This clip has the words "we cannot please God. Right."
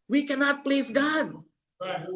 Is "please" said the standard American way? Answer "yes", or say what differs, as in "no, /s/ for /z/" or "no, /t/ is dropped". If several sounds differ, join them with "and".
yes